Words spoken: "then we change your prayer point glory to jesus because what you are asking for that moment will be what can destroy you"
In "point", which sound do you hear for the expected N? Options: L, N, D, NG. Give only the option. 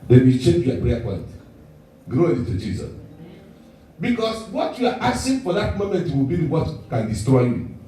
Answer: L